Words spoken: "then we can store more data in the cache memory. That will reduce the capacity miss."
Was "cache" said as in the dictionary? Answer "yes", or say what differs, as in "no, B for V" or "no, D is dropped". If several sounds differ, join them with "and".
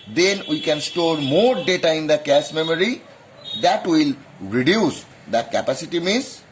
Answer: no, S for SH